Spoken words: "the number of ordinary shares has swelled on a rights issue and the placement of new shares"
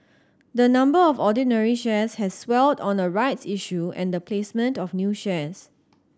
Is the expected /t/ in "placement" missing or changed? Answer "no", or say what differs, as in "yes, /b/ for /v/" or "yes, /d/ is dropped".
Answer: no